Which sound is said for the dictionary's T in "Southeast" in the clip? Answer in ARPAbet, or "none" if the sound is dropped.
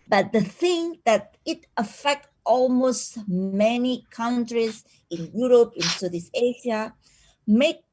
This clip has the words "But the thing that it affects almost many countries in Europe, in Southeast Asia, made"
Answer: none